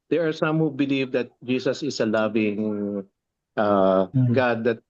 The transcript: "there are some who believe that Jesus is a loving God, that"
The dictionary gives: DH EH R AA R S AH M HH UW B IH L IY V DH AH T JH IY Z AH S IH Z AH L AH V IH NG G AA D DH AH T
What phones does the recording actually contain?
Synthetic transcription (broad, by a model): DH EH R AA R S AH M HH UW B IH L IY V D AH T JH IY S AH S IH S AH L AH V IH NG G AA D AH T